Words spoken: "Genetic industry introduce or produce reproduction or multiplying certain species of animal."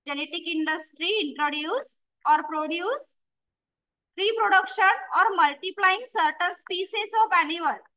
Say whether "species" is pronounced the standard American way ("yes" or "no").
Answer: no